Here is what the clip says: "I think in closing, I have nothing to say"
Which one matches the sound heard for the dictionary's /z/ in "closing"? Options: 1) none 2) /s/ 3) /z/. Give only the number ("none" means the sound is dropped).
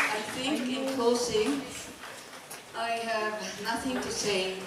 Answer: 2